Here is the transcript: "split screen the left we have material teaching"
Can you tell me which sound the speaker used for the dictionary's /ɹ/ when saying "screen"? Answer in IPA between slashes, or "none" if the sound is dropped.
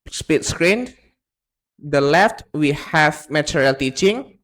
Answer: /ɹ/